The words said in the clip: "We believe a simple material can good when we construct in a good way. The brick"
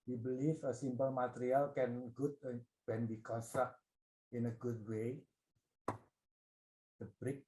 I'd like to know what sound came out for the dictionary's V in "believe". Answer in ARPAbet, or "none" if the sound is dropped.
F